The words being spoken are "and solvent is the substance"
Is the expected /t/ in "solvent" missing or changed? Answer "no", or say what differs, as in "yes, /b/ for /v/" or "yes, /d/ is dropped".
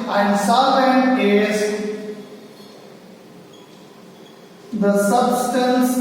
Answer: yes, /t/ is dropped